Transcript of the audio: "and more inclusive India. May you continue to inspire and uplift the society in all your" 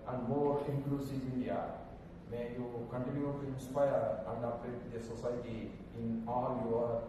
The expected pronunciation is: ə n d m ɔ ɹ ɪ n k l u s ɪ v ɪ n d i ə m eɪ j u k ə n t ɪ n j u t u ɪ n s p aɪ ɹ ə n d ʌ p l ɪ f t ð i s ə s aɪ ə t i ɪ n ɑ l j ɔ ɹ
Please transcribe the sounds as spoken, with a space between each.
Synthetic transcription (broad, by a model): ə n d m ɔ ɹ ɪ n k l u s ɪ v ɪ n d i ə m eɪ j u k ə n t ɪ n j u t u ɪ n s p aɪ ɹ ə n d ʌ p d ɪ t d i s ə s aɪ t i ɪ n ɑ l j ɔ ɹ